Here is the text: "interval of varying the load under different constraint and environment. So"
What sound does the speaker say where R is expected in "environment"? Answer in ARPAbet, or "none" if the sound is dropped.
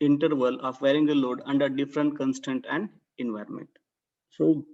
R